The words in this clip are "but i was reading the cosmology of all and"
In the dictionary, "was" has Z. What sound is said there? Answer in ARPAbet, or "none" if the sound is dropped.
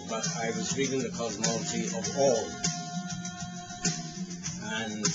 Z